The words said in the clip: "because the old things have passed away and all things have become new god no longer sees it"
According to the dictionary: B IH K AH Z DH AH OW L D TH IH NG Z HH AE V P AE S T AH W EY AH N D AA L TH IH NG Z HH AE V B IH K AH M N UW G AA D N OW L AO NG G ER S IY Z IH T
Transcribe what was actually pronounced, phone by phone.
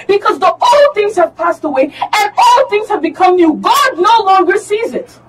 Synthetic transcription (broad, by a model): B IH K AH Z DH AH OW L TH IH NG Z HH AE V P AE S T AH W EY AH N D AA L TH IH NG Z HH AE V B IH K AH M N UW G AA D N OW L AO NG G ER S IY Z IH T